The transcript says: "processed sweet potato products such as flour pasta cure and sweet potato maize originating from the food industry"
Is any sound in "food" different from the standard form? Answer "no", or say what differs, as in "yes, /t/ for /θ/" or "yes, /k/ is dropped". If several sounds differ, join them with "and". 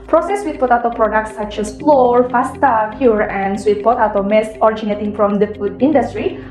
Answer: no